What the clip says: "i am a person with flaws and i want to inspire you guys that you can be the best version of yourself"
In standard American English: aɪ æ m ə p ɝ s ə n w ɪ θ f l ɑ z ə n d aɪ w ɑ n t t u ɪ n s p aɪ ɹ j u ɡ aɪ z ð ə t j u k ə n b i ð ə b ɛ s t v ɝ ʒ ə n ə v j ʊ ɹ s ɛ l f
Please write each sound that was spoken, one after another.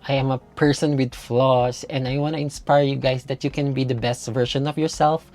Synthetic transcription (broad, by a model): aɪ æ m ə p ɝ s ə n w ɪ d f l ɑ s ə n d aɪ w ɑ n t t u ɪ n s p aɪ ɹ j u ɡ aɪ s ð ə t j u k ə n b i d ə b ɛ s t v ɝ ʃ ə n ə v j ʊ ɹ s ɛ l f